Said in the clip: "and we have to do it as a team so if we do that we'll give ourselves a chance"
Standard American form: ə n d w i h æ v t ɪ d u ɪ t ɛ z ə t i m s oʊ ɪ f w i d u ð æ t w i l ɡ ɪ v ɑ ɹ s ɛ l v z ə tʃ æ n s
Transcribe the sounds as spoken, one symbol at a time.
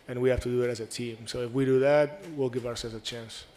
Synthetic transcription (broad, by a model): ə n w i h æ f t ɪ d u ɪ t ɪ z ə t i m s oʊ ɪ f w i d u ð æ t w i l ɡ ɪ v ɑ ɹ s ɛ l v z ə tʃ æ n s